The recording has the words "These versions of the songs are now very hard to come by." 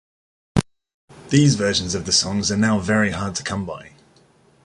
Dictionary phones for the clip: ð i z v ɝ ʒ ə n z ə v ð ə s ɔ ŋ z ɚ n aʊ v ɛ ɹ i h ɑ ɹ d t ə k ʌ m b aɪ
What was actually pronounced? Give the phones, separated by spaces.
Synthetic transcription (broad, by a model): ð i z v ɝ ʃ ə n z ə v ð ə s ɔ ŋ z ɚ n aʊ v ɛ ɹ i h ɑ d t ə k ʌ m b aɪ